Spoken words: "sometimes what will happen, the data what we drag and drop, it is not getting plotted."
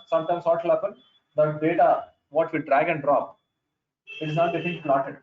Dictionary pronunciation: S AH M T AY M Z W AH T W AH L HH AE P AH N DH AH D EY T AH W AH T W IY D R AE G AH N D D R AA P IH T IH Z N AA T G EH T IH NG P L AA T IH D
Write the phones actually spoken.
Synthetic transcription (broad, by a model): S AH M T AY M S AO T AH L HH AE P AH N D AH D EY T AH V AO T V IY D R AE G AH N D D R AA P IH T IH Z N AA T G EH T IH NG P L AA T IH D